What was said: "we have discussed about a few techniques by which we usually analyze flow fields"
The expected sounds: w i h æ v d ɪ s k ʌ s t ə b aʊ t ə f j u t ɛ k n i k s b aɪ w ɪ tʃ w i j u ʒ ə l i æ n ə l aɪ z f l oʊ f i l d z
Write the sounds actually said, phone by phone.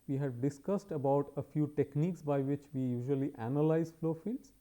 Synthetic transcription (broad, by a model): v i h æ v d ɪ s k ʌ s t ə b aʊ t ə f j u t ɛ k n i k s b aɪ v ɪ tʃ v i j u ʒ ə l i æ n ə l aɪ z f l oʊ f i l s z